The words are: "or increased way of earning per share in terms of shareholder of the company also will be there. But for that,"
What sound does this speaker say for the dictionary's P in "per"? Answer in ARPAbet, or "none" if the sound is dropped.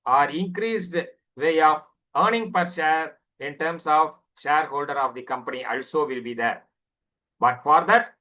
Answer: P